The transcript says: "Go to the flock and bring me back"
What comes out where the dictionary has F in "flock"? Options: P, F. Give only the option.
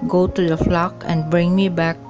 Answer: F